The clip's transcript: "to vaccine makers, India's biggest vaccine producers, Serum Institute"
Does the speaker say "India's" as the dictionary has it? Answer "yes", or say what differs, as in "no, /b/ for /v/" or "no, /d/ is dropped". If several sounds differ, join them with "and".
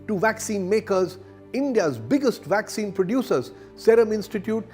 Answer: yes